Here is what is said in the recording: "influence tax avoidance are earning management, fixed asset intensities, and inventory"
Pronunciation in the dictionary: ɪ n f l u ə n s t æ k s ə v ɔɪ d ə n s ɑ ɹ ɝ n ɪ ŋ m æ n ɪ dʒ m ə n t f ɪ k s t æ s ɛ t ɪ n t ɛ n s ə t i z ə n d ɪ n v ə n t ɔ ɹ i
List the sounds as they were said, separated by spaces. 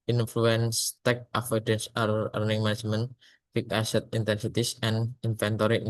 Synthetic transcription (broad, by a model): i n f l u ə n s t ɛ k ə f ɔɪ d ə n s ɑ ɹ ɝ n ɪ ŋ m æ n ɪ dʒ m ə n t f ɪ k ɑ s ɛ t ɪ n t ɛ n s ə t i s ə n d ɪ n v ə n t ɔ ɹ i